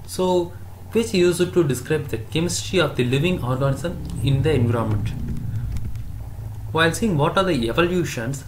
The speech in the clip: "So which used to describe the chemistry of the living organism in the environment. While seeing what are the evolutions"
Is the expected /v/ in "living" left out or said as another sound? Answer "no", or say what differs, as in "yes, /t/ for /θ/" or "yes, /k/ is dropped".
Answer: no